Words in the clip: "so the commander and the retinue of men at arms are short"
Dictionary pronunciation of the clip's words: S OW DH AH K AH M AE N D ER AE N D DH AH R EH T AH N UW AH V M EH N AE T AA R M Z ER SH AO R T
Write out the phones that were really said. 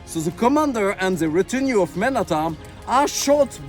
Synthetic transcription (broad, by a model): S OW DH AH K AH M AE N D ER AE N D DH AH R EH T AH N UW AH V M EH N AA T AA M ER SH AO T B